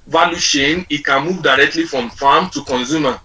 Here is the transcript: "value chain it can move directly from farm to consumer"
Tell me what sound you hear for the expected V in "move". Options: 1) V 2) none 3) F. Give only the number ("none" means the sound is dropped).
1